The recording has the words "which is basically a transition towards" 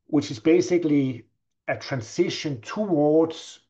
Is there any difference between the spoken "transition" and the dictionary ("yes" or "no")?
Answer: yes